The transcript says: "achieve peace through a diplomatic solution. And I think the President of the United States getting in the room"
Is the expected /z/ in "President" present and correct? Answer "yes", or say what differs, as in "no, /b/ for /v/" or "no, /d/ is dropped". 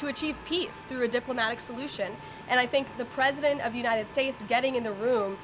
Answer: yes